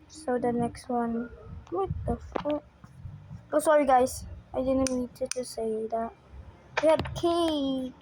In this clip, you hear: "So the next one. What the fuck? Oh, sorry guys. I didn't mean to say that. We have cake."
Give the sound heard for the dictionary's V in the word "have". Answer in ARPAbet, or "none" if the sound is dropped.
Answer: B